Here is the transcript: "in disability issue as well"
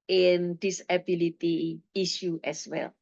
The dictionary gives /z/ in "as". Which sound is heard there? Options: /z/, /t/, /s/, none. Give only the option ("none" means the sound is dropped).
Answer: /s/